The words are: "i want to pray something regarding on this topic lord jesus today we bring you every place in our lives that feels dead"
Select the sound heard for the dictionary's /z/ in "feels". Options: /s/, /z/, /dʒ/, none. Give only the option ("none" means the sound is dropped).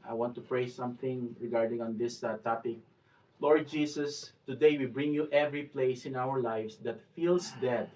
/s/